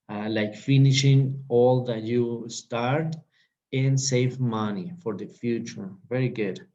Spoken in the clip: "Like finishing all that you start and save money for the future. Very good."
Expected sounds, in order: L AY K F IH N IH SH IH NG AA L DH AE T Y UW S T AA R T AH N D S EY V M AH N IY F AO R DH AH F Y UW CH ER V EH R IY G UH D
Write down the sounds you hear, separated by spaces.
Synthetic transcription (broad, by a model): L AY K F IH N IH SH IH NG AA L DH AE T Y UW S T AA R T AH N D S EY V M AH N IY F AO R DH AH F Y UW CH ER V EH R IY G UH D